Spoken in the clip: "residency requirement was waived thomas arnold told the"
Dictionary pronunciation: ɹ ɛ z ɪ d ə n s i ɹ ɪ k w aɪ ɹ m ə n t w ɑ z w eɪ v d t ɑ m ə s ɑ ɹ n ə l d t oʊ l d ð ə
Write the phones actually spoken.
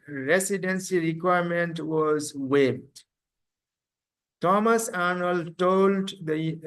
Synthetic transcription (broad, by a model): ɹ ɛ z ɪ d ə n s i ɹ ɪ k w aɪ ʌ m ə n t w ɑ z w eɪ p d t ɑ m ə s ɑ n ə l t oʊ l d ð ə